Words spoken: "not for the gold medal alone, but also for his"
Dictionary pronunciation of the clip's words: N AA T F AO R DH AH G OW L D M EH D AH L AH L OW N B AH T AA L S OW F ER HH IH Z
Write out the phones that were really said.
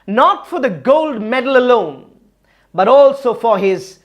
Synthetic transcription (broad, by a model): N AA T F AO R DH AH G OW L D M EH D AH L AH L OW N B AH T AA L S OW F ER HH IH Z